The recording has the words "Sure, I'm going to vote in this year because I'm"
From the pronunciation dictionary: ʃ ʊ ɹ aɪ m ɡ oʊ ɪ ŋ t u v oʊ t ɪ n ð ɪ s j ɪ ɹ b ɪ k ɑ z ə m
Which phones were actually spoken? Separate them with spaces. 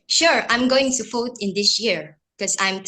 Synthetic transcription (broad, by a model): ʃ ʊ ɹ aɪ m ɡ oʊ ɪ ŋ t u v oʊ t ɪ n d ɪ s j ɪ ɹ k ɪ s ɑ ə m